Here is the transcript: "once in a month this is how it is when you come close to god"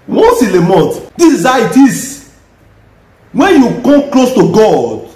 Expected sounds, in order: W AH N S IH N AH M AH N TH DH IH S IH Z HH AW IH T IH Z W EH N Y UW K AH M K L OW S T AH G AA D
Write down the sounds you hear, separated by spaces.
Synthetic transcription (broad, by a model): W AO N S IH L AH M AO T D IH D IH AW IH T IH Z W EH N Y UW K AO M K L OW S T AH G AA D